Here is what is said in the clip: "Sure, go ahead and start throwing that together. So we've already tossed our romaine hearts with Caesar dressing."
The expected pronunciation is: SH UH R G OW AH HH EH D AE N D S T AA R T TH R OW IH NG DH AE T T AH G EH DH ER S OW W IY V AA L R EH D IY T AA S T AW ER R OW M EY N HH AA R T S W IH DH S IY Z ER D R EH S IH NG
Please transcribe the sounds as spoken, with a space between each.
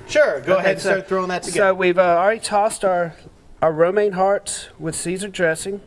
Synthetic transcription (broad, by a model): SH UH R G OW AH HH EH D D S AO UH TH R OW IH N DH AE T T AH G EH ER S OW W IY V AA L R EH D IY T AA S T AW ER R OW M EY N HH AA R T S W IH DH S IY Z ER D R EH S IH NG